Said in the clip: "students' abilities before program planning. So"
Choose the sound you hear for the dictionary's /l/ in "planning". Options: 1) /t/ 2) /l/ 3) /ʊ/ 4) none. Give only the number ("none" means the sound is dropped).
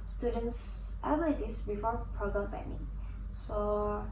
4